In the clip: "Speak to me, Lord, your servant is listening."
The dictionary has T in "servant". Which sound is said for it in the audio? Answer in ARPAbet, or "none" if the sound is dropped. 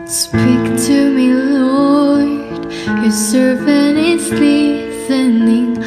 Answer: none